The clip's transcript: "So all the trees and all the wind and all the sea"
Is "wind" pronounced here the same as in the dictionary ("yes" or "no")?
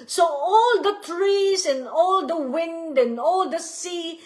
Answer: yes